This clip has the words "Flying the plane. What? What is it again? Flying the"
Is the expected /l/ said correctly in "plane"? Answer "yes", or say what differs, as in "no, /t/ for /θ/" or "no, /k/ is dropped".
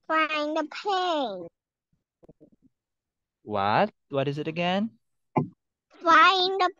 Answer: no, /l/ is dropped